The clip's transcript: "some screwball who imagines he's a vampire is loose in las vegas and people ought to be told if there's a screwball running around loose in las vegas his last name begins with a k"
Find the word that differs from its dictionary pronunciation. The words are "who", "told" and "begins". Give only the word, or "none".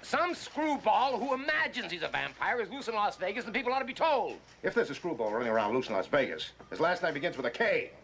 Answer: none